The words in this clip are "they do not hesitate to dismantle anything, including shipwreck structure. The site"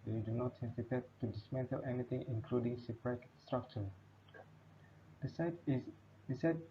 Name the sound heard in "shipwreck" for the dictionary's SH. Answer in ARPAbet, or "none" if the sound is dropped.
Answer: S